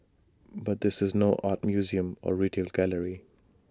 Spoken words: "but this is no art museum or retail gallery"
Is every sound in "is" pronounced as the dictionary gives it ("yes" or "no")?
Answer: yes